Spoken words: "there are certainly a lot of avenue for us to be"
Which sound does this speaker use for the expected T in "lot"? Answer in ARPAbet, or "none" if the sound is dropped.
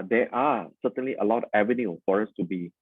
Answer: none